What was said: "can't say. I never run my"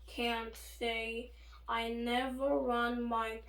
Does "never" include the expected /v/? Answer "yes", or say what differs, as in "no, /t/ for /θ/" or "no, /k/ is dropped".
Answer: yes